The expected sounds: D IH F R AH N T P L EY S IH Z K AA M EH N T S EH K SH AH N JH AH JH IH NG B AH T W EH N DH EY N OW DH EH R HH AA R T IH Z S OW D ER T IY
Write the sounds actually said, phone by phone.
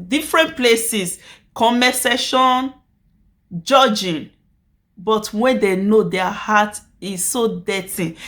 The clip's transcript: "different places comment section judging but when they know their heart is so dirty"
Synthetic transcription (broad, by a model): D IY F R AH N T P L EY S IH S K AA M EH S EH SH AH N JH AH JH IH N B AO T W EH N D EY N OW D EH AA HH AA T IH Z S OW D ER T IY